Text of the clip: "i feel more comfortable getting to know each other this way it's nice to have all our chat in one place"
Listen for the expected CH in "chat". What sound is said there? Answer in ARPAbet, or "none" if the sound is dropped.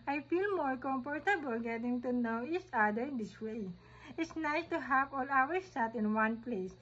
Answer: S